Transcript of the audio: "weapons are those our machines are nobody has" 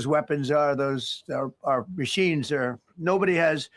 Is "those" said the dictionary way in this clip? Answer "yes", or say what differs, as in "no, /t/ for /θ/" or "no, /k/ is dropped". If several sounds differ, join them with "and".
yes